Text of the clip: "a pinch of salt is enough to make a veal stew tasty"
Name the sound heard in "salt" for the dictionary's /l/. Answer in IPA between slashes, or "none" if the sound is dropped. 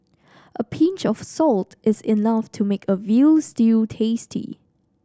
/l/